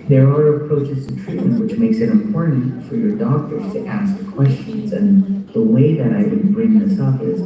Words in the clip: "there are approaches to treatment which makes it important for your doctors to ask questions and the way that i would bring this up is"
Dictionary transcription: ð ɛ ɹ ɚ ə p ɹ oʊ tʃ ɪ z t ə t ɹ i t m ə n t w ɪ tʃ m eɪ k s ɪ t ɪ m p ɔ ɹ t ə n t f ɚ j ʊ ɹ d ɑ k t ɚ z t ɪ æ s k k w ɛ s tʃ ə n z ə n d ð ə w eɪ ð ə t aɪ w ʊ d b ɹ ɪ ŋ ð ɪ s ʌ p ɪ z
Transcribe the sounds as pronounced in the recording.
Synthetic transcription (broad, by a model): ð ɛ ɹ ɚ ə p ɹ oʊ tʃ ɪ z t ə t ɹ i t m ə n t w ɪ tʃ m eɪ k s ɪ t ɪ m p ɔ ɹ t n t f ɚ j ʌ ɹ d ɑ k t ɚ z t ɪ æ s k k w ɛ s tʃ ə n z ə n ð ə w eɪ ð ə t aɪ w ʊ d b ɹ ɪ ŋ ð ɪ s ʌ p ɪ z